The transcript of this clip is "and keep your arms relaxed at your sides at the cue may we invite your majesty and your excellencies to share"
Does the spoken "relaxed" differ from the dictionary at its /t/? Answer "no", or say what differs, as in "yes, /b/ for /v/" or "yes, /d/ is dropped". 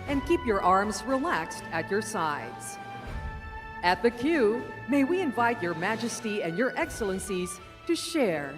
no